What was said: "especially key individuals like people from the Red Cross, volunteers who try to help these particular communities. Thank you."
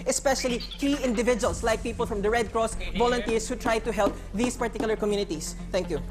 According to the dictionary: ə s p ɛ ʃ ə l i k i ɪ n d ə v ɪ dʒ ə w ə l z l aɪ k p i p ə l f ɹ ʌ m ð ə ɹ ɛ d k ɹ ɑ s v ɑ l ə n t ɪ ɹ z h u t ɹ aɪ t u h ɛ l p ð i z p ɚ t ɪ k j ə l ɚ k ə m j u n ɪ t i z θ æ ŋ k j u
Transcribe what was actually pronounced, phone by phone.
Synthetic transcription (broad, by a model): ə s p ɛ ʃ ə l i k i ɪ n d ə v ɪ dʒ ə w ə l s l aɪ k p i p ə l f ɹ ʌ m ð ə ɹ ɛ d k ɹ ɑ s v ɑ l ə n t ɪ ɹ s h u t ɹ aɪ t u h ɛ l p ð i s p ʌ t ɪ k j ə l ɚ k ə m j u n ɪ t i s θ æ ŋ k j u